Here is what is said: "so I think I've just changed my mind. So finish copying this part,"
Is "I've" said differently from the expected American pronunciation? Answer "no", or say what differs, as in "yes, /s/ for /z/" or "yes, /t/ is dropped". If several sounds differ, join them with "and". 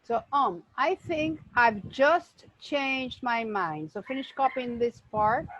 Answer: no